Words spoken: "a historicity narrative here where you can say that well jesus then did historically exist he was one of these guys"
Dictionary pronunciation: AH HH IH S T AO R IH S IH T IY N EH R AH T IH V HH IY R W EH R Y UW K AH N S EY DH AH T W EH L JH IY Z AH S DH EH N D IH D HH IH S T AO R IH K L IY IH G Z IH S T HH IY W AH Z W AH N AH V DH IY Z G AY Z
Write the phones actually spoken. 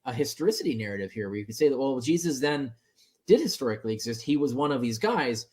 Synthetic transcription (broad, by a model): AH HH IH S T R IH S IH T IY N EH R AH T IH V HH IY R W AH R Y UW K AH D S EY DH AH T W EH L JH IY Z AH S DH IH N D IH D HH IH S T AO R IH K L IY IH G Z IH S T HH IY W AH Z W AH N AH V DH IY Z G AY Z